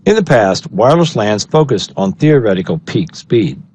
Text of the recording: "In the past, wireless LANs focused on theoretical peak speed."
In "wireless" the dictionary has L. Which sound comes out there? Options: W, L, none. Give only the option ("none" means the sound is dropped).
L